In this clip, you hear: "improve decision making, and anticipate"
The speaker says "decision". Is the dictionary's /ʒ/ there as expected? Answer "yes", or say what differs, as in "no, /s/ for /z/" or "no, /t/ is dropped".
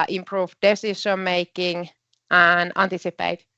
no, /ʃ/ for /ʒ/